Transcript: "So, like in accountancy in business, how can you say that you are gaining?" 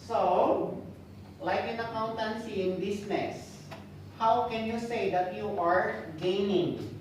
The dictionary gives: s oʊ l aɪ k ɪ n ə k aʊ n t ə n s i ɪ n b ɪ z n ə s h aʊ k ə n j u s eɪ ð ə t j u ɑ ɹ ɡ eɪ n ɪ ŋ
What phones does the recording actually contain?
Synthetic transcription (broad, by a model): s oʊ l aɪ k ɪ n ə k aʊ n t ə n s i ɪ n b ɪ s n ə s h aʊ k ə n j u s eɪ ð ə t j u ɑ ɹ ɡ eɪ n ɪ ŋ